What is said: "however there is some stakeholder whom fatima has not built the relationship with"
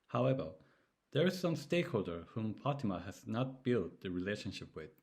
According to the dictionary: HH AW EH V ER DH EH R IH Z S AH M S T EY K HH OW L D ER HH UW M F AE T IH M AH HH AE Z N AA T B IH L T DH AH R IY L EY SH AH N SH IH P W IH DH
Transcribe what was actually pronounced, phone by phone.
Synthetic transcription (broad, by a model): HH AW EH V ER DH EH R IH Z S AH M S T EY K HH OW L D ER HH UW M P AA T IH M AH HH AE Z N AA T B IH L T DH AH R IY L EY SH AH N SH IH P W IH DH